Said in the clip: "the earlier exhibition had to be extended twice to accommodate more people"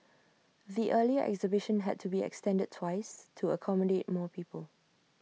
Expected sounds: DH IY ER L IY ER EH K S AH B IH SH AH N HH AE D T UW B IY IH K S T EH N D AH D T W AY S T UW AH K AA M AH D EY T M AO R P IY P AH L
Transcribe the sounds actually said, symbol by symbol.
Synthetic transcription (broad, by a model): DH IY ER L IY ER EH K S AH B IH SH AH N HH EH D T UW B IY IH K S T EH N D AH D T W AY S T UW AH K AA M AH D EY T M AO P IY P AH L